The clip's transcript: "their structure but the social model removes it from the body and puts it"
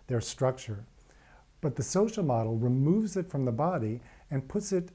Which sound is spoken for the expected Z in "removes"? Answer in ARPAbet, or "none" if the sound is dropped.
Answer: Z